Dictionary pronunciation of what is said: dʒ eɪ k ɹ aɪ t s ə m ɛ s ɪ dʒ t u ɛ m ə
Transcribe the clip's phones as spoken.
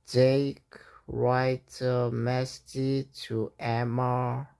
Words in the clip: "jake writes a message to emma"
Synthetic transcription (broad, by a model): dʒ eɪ k ɹ aɪ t ə m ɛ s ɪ t u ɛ m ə